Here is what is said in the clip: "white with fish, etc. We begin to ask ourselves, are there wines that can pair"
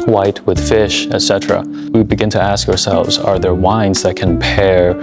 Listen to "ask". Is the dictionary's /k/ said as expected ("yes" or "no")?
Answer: yes